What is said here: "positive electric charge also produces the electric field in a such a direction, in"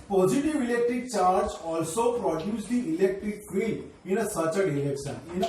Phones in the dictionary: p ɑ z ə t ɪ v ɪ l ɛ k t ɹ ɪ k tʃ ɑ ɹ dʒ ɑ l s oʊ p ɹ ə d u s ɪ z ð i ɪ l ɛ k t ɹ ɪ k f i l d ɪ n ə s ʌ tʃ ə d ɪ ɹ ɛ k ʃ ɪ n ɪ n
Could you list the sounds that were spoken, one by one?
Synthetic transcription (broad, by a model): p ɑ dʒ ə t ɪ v ɪ l ɛ k t ɹ ɪ k tʃ ɑ ɹ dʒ ɑ l s oʊ p ɹ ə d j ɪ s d i ɪ l ɛ k t ɹ ɪ k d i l ɪ n ə s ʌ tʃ ə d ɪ l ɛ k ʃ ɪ n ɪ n